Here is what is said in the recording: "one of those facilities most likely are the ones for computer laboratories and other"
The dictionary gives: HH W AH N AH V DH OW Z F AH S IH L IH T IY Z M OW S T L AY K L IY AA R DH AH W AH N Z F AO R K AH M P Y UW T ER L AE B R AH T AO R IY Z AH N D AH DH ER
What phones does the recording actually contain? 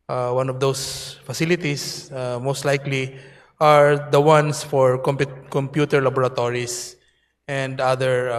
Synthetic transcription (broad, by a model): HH W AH N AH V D OW S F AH S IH L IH T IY S M OW S T L AY K L IY AA R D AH W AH N S F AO R K AH M P Y UW T ER L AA B R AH T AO R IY S AH N D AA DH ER